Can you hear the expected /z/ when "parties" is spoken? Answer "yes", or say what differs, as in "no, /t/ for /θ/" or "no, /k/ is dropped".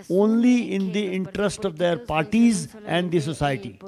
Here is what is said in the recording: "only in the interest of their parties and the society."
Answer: yes